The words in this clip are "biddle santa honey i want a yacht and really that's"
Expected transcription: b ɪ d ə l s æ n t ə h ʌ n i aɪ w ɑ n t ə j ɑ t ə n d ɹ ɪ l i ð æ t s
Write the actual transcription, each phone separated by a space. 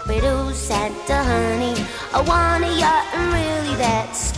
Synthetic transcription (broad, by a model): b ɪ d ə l s æ n t ə h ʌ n i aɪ w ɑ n ə j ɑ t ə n ɹ ɪ l i ð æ t s